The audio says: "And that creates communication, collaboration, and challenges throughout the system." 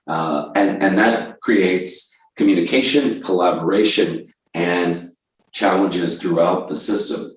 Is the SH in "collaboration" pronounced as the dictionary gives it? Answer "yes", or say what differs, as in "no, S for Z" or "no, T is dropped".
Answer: yes